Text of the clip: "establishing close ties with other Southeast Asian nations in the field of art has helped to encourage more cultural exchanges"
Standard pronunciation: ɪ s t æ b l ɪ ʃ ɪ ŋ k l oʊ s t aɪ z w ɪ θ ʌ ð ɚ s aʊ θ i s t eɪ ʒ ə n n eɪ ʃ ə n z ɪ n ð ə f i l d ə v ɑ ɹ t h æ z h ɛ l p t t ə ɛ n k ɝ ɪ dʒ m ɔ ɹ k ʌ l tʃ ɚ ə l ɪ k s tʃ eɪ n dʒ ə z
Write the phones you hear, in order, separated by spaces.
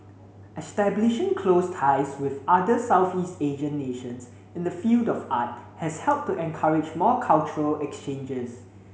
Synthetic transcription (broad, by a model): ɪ s t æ b l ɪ ʃ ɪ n k l oʊ s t aɪ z w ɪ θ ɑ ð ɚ s aʊ θ i s t eɪ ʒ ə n n eɪ ʃ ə n s ɪ n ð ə f i l d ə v ɑ t h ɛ s h ɛ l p t t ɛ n k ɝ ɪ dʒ m ɔ k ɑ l tʃ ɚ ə l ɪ k s tʃ eɪ n dʒ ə s